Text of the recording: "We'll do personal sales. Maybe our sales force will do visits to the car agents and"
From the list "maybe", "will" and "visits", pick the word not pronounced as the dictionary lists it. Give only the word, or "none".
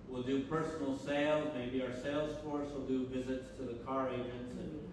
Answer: none